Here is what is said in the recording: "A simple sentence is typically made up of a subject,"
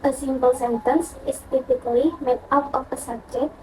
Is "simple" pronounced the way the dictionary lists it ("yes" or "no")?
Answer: no